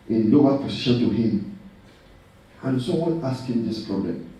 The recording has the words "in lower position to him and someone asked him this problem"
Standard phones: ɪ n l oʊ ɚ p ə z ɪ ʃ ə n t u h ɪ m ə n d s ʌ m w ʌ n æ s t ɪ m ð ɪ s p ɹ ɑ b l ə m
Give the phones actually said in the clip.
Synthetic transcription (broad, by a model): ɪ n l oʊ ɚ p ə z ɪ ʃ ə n t u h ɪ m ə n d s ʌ w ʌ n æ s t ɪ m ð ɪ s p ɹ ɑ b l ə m